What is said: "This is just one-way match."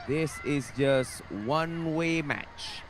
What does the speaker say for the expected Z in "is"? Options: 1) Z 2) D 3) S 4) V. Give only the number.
1